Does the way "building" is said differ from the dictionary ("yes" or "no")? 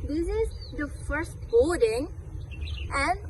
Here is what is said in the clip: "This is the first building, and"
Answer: yes